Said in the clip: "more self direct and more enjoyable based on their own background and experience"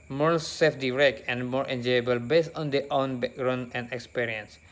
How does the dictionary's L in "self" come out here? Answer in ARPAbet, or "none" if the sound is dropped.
none